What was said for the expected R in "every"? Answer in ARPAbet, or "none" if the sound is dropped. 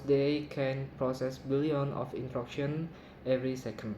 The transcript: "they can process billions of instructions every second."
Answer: R